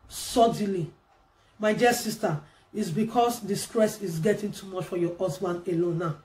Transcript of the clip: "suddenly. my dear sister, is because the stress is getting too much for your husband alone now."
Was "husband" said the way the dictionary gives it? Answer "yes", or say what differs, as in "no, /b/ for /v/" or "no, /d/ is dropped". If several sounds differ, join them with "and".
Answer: no, /d/ is dropped